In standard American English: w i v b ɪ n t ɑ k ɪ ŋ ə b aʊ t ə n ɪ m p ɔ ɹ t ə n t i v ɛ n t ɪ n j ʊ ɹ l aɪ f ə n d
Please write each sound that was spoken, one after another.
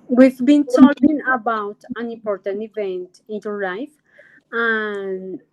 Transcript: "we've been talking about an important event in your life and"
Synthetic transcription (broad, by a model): w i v b ɪ n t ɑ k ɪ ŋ ə b aʊ t ə n ɪ m p ɔ ɹ t ə n t i v ɛ n t ɪ n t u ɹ l aɪ f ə n